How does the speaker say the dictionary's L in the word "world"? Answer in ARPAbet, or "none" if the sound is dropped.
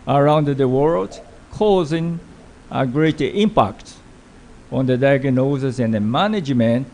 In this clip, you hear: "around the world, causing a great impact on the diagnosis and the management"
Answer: L